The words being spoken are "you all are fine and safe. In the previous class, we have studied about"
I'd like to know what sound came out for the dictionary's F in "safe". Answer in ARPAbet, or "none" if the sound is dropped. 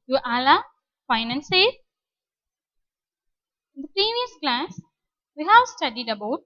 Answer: none